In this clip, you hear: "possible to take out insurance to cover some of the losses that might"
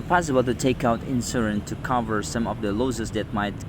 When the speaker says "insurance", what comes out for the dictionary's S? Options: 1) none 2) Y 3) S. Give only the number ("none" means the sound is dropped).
1